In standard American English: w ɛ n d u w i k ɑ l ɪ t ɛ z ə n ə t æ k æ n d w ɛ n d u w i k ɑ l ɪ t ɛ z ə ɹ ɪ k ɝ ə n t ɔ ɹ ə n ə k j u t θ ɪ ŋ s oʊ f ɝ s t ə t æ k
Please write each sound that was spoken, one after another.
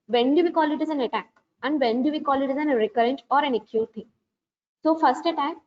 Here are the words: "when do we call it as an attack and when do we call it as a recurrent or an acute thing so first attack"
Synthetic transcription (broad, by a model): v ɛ n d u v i k ɑ l ɪ t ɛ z ə n ə t æ k æ n d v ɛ n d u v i k ɑ l ɪ t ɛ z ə ɹ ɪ k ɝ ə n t ɔ ɹ ə n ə k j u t t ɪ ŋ s oʊ f ɝ s t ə t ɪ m